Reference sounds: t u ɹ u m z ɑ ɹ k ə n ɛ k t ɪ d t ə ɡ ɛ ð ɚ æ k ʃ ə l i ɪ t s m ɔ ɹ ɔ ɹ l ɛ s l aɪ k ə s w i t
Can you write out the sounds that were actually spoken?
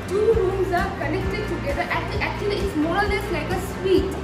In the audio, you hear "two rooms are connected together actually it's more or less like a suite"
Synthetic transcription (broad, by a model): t u ɹ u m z ɑ ɹ k ə n ɛ k t ɪ d t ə ɡ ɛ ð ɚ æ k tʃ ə l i ɪ t s m ɔ ɹ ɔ l l ɛ s l aɪ k ə s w i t